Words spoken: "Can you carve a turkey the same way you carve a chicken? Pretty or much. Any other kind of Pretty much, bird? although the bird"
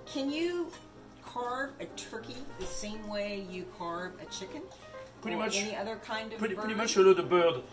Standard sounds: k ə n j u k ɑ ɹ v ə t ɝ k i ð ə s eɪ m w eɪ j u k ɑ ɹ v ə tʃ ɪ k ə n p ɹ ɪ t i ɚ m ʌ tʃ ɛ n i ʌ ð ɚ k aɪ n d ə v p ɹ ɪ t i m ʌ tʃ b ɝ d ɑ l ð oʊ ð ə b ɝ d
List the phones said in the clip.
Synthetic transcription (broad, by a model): k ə n j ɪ k ɑ ɹ v ə t ɝ k i ð ə s eɪ m w eɪ j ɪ k ɑ ɹ v ə tʃ ɪ k ə n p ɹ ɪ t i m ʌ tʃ ɛ n i ʌ ð ɚ k aɪ n d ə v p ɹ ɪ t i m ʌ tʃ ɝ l oʊ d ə b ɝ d